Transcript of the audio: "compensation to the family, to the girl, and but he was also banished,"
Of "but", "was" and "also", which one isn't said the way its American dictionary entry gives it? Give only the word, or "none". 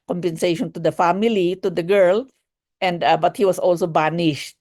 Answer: was